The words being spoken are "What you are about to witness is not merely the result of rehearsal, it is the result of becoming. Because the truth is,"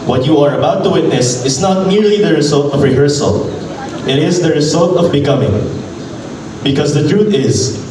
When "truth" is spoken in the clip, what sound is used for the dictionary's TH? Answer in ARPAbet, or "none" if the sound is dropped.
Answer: T